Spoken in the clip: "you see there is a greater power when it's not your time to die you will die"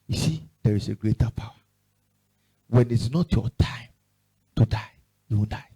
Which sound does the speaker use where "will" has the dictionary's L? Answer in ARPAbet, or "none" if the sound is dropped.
N